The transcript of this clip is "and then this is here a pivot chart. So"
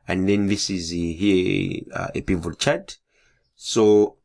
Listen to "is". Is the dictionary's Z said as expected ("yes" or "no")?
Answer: yes